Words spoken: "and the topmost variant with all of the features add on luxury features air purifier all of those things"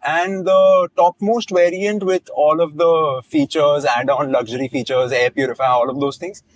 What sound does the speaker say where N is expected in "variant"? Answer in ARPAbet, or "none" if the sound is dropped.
N